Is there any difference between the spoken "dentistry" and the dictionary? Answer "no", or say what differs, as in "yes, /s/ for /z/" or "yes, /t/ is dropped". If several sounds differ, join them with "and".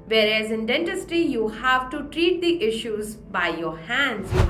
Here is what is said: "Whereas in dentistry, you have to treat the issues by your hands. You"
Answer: yes, /ɹ/ is dropped